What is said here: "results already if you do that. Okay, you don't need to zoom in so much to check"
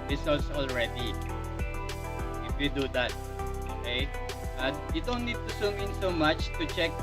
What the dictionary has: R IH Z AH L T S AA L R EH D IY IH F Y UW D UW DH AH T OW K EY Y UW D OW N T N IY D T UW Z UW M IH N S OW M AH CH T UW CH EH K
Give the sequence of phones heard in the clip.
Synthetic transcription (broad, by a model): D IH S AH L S AA L R EH D IY IH F Y UW D UW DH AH T OW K EY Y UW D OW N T N IY D T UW S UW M IH N S OW M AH CH T UW CH EH K